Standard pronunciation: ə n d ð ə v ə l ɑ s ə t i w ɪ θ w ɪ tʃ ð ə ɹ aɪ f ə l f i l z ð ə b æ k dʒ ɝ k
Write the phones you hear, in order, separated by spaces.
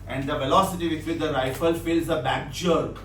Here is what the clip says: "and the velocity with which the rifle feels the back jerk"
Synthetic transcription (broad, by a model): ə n d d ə v ə l ɑ s ə t i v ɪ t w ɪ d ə ɹ aɪ f ə l f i l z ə b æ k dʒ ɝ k